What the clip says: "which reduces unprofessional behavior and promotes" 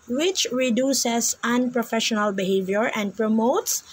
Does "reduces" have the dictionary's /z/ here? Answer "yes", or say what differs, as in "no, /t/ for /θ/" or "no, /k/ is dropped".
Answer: no, /s/ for /z/